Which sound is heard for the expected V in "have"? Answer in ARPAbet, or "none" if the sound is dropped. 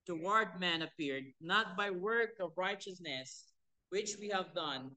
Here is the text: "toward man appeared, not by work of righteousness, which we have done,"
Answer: V